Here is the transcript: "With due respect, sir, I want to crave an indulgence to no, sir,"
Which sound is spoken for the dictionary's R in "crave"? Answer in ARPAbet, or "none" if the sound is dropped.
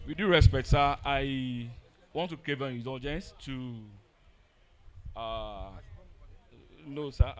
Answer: none